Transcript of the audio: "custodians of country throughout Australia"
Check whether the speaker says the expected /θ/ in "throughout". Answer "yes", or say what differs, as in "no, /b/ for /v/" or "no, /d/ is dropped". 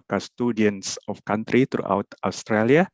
no, /t/ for /θ/